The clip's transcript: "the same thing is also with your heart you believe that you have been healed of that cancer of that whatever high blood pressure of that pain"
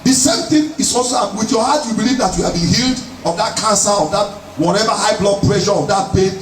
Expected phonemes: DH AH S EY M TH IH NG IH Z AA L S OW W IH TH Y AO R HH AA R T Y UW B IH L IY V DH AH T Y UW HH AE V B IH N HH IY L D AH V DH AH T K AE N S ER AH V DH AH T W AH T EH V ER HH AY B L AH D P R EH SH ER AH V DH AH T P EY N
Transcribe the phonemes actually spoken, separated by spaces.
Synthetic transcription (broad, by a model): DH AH S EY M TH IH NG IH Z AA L S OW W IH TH Y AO HH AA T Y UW B IH L IY V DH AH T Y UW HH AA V B IH N HH IY L D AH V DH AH T K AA N S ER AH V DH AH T W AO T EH V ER HH AY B L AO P R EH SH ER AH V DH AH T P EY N